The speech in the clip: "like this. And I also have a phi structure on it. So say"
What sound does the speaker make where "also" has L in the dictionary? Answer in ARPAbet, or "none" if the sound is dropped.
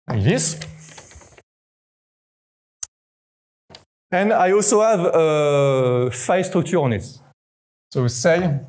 L